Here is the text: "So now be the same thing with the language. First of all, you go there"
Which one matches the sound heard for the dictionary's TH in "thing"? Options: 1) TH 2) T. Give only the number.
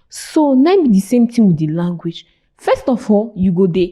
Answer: 2